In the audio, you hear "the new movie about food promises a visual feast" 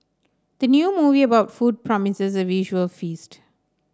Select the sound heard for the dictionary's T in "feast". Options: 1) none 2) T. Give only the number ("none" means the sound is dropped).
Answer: 2